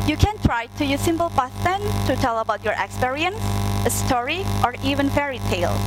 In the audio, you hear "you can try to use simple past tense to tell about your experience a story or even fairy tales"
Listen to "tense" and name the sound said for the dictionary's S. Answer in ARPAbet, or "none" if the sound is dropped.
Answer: none